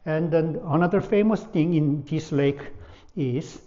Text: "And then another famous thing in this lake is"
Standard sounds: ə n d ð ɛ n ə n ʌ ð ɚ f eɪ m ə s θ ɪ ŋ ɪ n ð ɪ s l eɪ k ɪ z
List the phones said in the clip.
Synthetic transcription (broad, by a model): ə n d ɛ n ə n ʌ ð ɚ f eɪ m ə s t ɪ ŋ ɪ n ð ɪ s l eɪ k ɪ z